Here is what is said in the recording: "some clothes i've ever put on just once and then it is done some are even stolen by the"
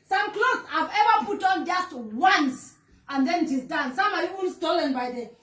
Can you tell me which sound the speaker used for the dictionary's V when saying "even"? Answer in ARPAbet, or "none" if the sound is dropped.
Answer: W